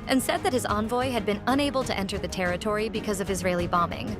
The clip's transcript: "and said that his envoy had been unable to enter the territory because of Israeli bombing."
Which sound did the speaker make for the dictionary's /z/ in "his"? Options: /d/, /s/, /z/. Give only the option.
/z/